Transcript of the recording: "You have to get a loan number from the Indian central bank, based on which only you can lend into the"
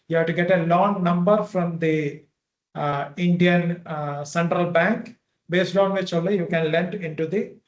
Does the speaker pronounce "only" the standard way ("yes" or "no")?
no